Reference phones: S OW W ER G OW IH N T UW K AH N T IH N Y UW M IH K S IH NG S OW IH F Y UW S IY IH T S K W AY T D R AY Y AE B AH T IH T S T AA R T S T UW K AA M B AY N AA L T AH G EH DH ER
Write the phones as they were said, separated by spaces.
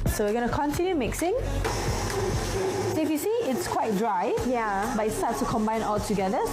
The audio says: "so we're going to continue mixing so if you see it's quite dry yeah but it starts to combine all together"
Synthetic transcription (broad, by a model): S OW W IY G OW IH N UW K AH N T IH N Y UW M IH K S IH NG S OW IH F Y UW S IY IH T S K W AY T D R AY Y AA B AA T IH T S T AA T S T UW K AA M B AY N AA L T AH G EH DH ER